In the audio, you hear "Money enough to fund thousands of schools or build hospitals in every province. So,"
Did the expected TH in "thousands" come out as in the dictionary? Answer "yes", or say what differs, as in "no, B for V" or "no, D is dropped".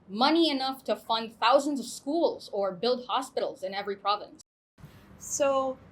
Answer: yes